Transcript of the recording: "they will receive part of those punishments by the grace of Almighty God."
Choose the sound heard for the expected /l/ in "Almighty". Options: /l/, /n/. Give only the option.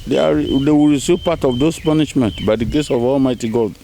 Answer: /l/